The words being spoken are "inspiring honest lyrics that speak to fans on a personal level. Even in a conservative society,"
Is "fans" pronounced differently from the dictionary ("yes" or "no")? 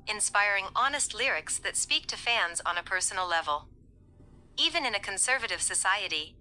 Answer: no